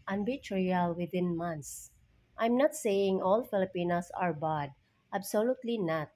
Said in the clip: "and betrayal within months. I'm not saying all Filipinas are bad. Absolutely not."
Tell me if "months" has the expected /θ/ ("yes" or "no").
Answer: no